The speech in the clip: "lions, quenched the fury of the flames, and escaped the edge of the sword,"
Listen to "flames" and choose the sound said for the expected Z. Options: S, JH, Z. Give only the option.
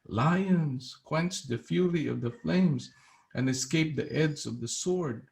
Z